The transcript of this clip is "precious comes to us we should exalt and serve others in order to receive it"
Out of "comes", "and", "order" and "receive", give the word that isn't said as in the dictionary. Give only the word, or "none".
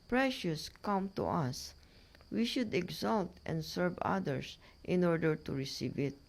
comes